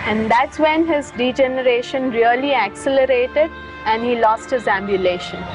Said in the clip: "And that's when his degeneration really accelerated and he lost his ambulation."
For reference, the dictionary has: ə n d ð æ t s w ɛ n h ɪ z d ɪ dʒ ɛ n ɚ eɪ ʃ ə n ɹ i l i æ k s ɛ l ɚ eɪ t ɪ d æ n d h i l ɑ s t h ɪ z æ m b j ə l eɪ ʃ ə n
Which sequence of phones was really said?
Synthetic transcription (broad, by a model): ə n d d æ t s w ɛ n h ɪ z d ɪ dʒ ɛ n ɚ eɪ ʃ ə n ɹ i l i æ k s ɛ l ɚ eɪ t ɪ d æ n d h i l ɑ s t h ɪ z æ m b j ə l eɪ ʃ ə n